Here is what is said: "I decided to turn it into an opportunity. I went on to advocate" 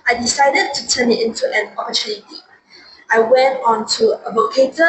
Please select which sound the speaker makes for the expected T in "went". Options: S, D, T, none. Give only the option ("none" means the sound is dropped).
T